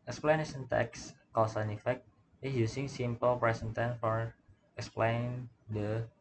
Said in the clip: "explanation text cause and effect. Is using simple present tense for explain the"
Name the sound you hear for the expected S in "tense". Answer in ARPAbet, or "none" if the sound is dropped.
none